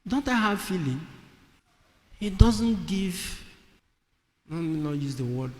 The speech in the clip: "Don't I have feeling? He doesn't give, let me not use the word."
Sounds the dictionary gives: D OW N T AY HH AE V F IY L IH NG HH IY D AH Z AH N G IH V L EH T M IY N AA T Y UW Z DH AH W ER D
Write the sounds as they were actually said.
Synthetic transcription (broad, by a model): D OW N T AY HH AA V F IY L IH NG HH IY D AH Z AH N G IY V N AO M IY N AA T Y UW Z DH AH W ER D